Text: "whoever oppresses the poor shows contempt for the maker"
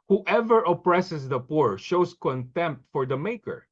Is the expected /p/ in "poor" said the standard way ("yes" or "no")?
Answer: yes